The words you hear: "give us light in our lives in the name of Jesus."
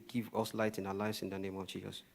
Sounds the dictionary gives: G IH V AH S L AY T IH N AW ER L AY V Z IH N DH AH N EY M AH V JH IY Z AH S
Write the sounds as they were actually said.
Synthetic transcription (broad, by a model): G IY V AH S L AY T IH N AW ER L AY V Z IH N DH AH N EY M AH V JH IY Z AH S